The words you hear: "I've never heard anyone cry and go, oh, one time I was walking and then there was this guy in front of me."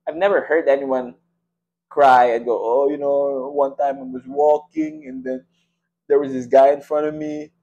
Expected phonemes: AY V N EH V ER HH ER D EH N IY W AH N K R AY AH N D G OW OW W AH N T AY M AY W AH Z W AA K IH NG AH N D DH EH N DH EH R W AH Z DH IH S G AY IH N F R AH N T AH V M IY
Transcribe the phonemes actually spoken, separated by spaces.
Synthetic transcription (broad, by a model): AY V N EH V ER HH ER D EH N IY W AH N K R AY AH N G OW OW W AH N T AY M AY W AH Z W AA K IH NG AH N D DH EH N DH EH R W AH Z DH IH S G AY IH N F R AH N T AH V M IY